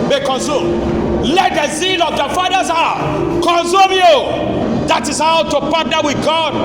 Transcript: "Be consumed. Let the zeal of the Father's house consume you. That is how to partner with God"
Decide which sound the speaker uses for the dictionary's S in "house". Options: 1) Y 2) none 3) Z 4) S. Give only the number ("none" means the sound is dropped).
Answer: 2